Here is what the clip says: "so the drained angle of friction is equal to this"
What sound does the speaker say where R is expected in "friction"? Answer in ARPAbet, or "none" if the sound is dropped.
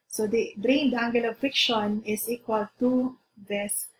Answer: none